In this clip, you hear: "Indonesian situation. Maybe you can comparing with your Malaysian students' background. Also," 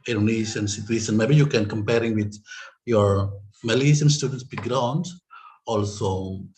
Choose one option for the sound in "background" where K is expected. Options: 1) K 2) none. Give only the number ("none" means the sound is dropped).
2